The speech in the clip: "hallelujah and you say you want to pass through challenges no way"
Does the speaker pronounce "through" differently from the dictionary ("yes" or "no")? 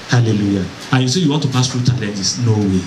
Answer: yes